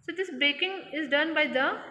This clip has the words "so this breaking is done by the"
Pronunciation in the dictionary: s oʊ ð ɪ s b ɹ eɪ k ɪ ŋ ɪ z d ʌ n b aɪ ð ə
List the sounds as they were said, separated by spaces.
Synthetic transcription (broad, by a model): s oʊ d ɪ s b eɪ k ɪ ŋ ɪ z d ʌ n b aɪ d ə